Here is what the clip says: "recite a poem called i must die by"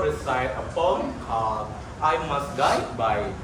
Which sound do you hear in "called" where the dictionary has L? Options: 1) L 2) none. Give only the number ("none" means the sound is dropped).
2